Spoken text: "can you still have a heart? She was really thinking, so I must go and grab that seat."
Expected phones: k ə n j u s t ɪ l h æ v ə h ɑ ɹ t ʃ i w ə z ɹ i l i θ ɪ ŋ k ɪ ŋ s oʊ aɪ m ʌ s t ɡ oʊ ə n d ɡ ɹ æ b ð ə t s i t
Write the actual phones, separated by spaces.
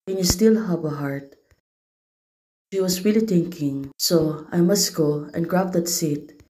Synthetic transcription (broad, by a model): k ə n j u s t ɪ l h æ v ə h ɑ ɹ t ʃ i w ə s ɹ i l i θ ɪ ŋ k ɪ ŋ s oʊ aɪ m ʌ s t ɡ oʊ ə n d ɡ ɹ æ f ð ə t s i t